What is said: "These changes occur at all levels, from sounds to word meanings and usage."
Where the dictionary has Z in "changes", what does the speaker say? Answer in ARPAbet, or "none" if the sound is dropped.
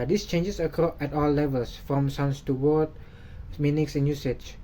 S